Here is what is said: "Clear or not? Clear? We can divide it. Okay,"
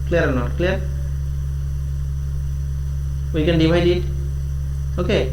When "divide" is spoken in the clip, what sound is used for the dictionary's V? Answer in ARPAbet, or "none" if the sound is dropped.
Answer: W